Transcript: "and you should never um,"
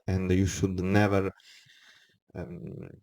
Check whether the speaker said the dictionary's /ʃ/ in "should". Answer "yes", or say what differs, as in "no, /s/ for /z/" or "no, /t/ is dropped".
yes